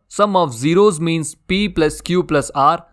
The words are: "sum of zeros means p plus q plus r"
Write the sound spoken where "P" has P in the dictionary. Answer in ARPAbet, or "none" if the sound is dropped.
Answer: P